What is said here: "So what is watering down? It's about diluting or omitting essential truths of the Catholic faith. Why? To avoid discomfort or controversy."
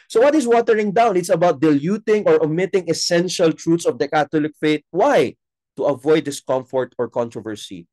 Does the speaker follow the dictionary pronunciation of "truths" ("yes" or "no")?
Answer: no